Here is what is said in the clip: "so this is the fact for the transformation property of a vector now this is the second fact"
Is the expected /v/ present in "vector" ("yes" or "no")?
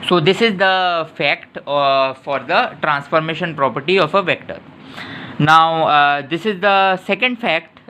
yes